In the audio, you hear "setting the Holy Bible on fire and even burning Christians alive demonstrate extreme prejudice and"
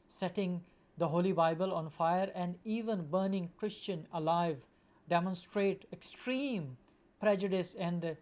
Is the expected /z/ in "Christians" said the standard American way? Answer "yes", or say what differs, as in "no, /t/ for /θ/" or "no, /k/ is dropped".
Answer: no, /z/ is dropped